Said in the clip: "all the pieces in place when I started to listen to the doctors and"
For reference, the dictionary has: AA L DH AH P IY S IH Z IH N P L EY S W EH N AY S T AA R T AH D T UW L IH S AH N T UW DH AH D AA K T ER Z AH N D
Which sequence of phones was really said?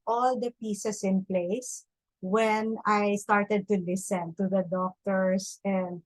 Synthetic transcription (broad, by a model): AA L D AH P IY S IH S IH N P L EY S W EH N AY S T AA R T AH D T UW L IH S AH N T UW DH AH D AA K T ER S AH N D